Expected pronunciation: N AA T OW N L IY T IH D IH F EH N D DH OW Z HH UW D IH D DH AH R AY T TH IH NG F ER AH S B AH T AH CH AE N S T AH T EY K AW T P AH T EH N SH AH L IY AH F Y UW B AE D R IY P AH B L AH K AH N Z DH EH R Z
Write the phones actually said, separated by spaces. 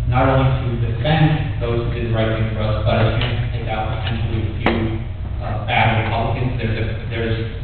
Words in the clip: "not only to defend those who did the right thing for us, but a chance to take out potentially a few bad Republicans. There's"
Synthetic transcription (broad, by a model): N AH T OW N L IY T IH D IH F EH N D DH OW Z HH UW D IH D R AY T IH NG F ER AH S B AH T AH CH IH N T T EY K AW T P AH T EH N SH L IY AH F Y UW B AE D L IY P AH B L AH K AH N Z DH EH R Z